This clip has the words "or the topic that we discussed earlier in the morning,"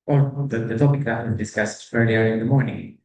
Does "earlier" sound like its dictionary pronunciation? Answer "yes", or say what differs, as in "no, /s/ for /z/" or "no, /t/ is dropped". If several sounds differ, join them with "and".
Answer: yes